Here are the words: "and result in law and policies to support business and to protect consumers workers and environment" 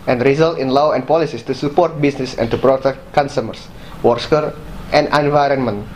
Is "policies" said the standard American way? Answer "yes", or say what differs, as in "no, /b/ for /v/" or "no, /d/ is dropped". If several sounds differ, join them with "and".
no, /s/ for /z/